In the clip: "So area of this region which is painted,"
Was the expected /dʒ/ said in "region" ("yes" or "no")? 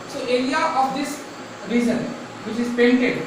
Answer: no